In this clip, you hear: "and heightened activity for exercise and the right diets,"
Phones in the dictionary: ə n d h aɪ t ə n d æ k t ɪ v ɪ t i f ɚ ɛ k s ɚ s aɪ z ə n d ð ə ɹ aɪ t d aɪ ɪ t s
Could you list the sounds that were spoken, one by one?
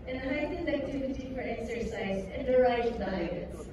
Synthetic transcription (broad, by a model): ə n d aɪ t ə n æ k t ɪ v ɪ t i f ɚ ɛ k s ɚ s aɪ z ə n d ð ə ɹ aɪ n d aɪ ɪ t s